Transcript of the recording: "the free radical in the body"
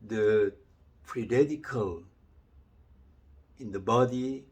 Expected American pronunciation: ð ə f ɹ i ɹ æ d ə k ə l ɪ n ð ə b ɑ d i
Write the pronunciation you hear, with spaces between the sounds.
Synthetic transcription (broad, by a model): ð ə p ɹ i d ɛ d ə k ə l ɪ n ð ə b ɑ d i